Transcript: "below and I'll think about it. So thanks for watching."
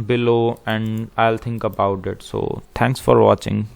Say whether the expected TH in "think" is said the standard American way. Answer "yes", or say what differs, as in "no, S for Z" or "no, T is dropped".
no, T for TH